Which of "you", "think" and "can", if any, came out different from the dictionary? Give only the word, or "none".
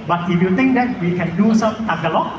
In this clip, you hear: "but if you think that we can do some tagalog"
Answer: think